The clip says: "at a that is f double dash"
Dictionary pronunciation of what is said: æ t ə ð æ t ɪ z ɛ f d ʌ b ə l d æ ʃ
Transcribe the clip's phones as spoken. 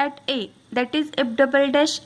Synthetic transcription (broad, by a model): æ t ə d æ t ɪ z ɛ p d ʌ b ə l d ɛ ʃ